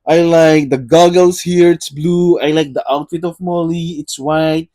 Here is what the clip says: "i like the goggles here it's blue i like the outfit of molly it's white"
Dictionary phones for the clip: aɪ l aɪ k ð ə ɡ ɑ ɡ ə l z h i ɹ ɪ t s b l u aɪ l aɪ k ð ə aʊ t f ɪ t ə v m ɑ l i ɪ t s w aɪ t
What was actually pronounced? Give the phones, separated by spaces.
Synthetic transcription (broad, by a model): aɪ l aɪ k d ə ɡ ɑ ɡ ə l s h i ɹ ɪ t s b l u aɪ l aɪ k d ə aʊ t f ɪ t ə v m ɑ l i ɪ t s w aɪ t